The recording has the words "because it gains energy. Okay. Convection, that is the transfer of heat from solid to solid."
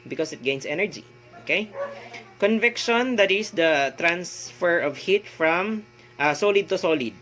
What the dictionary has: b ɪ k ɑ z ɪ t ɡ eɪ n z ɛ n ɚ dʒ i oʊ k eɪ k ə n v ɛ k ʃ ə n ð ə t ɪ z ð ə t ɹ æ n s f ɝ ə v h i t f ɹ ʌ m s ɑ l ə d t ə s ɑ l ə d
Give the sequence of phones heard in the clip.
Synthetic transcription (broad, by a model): b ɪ k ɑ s ɪ t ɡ eɪ n s ɛ n ɚ dʒ i oʊ k eɪ k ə n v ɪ k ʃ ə n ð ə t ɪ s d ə t ɹ æ n s f ɝ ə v h i t f ɹ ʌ m s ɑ l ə d t ə s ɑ l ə d